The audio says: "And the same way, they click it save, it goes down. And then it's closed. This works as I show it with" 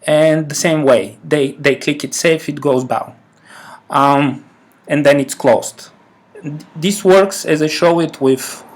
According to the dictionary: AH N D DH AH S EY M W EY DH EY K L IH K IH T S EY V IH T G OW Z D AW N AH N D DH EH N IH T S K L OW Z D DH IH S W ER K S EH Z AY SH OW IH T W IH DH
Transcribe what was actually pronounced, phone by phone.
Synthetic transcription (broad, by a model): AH N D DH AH S EY M W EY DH EY K L IH K IH T S EY F IH T G OW Z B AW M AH N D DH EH N IH T S K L OW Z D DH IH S W ER K S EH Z AY SH OW IH T W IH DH